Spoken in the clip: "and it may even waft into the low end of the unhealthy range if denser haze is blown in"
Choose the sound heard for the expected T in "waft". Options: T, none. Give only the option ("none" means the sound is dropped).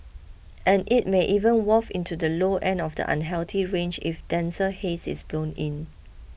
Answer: none